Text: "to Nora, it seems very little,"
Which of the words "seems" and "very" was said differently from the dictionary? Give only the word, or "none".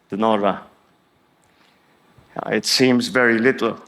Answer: none